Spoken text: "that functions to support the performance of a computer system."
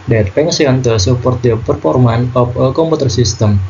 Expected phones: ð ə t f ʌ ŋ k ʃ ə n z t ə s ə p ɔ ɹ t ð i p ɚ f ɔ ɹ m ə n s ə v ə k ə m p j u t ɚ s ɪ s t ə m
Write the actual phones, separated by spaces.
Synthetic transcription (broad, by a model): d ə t p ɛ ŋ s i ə n t ə s ə p ɔ ɹ t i p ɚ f ɔ ɹ m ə n ə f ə k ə m p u t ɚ s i s t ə m